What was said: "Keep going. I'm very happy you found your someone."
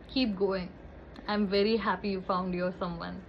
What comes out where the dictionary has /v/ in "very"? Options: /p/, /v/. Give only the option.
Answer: /v/